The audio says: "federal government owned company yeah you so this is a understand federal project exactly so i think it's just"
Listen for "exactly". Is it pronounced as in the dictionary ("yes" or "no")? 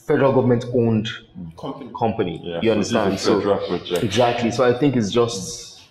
yes